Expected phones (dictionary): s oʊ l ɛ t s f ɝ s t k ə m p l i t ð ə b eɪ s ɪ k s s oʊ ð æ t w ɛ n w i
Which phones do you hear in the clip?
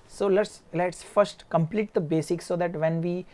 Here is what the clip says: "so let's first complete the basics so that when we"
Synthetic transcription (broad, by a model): s oʊ l ɛ t s f ɝ s t k ə m p l i t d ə b eɪ s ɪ k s s oʊ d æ t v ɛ n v i